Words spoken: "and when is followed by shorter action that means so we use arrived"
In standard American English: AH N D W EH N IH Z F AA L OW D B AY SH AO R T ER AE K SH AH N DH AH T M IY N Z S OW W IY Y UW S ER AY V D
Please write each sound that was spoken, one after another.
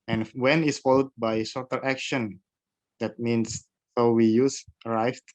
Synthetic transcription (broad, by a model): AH N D W EH N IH S F AA L OW D B AY S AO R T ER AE K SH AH N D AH T M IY N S S OW W IY Y UW S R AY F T